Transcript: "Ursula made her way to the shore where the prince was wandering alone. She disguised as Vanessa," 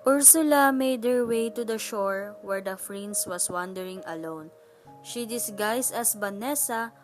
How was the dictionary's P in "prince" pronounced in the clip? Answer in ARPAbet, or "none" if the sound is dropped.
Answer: F